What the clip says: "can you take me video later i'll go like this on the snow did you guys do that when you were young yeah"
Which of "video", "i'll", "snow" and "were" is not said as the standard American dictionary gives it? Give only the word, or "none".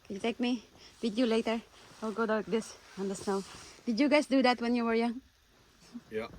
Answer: video